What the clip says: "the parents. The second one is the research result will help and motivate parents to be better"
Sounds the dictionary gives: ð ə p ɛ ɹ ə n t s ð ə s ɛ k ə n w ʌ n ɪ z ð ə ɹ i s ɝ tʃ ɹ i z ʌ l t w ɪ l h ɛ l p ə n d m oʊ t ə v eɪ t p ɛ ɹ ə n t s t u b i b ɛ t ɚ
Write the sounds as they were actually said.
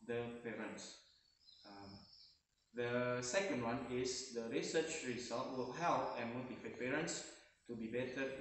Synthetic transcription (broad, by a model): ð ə p ɛ ɹ ə n t s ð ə s ɛ k ə n w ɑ n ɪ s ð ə ɹ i s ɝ tʃ ɹ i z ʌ l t w ɪ l h ɛ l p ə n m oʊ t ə f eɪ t p ɛ ɹ ə n t s t u b i b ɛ t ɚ